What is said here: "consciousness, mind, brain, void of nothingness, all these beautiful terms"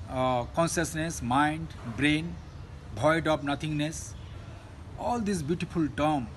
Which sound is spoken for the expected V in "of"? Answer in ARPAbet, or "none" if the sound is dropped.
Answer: P